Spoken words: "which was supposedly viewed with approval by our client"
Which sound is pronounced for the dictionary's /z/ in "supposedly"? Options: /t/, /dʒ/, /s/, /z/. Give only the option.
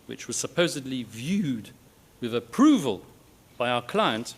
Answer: /z/